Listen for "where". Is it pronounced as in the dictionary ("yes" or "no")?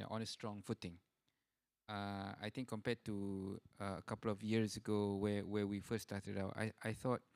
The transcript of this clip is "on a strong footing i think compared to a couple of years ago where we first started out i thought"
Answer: no